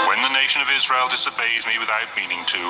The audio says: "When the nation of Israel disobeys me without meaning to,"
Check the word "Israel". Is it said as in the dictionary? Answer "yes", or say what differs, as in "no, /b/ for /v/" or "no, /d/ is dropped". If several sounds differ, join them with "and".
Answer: yes